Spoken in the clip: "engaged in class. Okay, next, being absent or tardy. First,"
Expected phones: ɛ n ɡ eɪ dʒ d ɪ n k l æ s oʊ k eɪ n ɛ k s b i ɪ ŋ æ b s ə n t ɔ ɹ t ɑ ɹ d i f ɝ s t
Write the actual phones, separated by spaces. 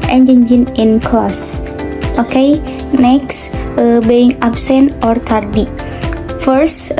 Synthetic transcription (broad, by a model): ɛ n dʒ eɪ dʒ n ɪ n k l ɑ s oʊ k eɪ n ɛ k s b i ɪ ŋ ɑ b s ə n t ɔ ɹ t ɑ ɹ d i f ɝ s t